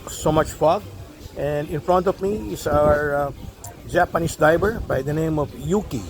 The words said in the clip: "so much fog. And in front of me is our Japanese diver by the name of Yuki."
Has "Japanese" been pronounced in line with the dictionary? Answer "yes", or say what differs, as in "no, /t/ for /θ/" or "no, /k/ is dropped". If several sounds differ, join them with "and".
no, /s/ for /z/